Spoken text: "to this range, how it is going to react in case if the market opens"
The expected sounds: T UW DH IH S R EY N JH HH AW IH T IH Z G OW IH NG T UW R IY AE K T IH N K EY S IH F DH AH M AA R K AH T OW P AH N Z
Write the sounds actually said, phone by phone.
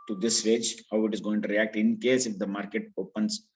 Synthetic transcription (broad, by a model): T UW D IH S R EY JH HH AW IH T IH Z G OW IH NG T UW R IY AE K T IH N K EY S IH F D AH M AA R K AH T OW P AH N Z